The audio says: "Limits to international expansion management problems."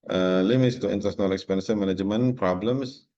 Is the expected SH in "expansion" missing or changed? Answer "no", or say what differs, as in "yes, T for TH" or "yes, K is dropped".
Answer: yes, S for SH